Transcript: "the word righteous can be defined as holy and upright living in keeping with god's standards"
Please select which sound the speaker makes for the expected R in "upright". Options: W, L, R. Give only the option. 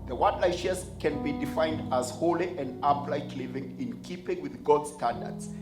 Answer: L